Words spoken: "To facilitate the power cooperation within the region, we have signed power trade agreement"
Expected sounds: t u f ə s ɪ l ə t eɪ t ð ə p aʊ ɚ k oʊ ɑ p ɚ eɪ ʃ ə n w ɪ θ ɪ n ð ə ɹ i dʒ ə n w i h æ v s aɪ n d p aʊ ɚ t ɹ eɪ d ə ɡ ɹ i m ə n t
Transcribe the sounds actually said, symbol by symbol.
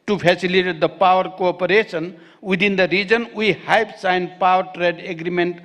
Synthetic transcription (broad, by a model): t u p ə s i l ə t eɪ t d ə p aʊ ɚ k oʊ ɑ p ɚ eɪ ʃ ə n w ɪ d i n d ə ɹ i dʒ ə n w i h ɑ p s aɪ n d p aʊ ɚ t ɹ eɪ d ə ɡ ɹ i m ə n t